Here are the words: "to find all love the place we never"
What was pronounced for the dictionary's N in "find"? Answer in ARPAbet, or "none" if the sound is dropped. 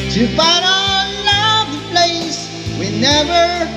none